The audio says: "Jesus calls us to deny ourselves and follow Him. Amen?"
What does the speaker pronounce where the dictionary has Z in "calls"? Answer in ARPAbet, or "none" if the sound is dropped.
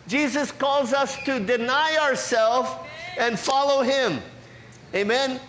Z